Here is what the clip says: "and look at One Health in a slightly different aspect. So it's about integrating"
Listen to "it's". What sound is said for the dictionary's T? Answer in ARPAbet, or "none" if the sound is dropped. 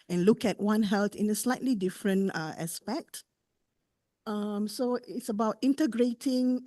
T